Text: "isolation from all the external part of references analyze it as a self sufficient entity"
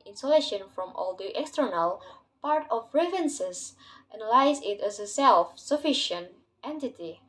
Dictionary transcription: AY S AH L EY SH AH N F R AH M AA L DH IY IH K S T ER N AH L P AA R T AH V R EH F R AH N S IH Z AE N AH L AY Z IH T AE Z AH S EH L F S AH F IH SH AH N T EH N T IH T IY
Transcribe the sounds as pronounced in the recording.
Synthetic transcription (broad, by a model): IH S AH L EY SH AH N F R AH M AA L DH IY IH K S T ER N AH L P AA R T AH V R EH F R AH N S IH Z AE N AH L AY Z IH T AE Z AH S EH L F S AH F IH SH AH N T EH N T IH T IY